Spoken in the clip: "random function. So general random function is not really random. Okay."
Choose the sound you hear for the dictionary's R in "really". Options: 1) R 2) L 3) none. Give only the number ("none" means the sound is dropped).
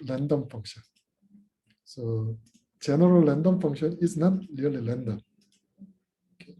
2